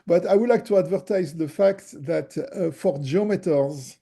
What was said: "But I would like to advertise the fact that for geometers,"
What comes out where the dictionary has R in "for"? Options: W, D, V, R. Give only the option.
R